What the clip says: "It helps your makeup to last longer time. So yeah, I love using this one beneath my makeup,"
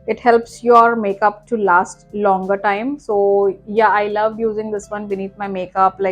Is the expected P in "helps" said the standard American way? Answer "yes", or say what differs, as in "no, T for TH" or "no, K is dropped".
yes